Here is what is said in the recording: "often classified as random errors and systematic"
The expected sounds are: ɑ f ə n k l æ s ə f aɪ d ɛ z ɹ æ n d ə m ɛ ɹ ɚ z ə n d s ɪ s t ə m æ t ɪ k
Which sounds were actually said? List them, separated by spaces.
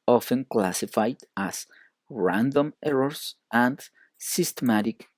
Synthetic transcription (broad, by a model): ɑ f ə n k l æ s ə f aɪ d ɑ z ɹ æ n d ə m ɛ ɹ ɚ s ə n d s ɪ s t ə m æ t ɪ k